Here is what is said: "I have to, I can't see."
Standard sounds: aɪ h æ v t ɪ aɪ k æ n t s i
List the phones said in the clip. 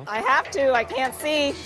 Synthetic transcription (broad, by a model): aɪ h æ f t ɪ aɪ k æ n t s i